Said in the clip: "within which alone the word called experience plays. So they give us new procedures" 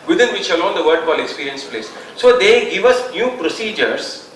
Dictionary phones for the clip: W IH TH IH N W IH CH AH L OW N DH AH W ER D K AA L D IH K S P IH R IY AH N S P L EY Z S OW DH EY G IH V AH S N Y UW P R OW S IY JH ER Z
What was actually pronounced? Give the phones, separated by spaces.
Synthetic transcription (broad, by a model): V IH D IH N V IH CH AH L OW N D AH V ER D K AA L IH K S P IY R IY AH N S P L EY S OW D EY G IH V AH S N Y UW P R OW S IY JH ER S